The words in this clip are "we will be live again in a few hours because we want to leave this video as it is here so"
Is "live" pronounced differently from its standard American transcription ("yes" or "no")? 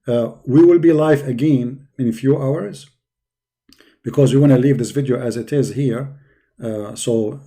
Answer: yes